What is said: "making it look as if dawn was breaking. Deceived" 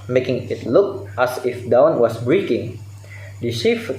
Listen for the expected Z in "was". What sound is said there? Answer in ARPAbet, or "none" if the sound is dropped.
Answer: S